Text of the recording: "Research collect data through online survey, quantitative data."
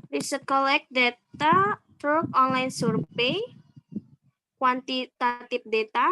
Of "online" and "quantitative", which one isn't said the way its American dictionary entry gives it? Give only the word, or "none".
quantitative